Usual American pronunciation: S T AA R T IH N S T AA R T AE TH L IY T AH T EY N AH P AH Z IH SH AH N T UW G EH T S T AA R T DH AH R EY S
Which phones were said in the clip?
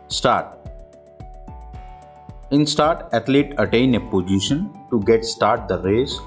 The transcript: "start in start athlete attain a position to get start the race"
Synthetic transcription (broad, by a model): S T AA R T IH N S T AA R T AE T L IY T AH T EY N AH P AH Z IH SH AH N T UW G EH T S T AA R T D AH R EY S